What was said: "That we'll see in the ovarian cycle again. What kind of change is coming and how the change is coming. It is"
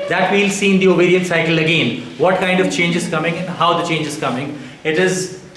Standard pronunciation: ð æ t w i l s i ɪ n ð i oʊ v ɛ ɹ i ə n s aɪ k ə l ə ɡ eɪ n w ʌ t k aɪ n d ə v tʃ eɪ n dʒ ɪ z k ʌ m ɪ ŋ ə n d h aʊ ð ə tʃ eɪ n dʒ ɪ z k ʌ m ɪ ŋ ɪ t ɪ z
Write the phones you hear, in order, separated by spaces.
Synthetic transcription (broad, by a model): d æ t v i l s i n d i oʊ b ɛ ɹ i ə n s aɪ k ə l ə ɡ eɪ n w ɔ t k aɪ n d ə v tʃ eɪ n dʒ ɪ z k ʌ m ɪ ŋ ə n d h aʊ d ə tʃ eɪ n dʒ ɪ z k ʌ m ɪ ŋ ɪ t ɪ z